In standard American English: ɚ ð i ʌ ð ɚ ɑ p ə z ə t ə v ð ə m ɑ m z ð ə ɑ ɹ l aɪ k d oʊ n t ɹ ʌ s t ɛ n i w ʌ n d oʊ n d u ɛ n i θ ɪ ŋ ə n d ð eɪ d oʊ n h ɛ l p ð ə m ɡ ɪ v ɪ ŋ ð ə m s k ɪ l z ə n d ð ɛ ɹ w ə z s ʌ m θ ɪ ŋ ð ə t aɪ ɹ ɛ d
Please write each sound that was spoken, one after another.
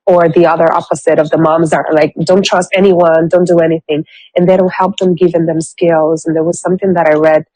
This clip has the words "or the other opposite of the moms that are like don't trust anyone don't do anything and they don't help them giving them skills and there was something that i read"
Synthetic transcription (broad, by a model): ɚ ð i ʌ ð ɚ ɑ p ə z ə t ə v ð ə m ɑ m z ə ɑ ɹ l aɪ k d oʊ n t ɹ ʌ s t ɛ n i w ʌ n d oʊ n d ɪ ɛ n i θ ɪ ŋ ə n ð eɪ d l h ɛ l p ð ə m ɡ ɪ v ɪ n ð ə m s k ɪ l z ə n ð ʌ ɹ w ə z s ʌ m θ ɪ ŋ ð ə t aɪ ɹ ɛ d